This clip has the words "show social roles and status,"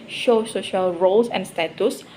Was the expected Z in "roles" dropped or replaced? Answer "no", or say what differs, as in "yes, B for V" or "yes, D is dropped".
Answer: yes, S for Z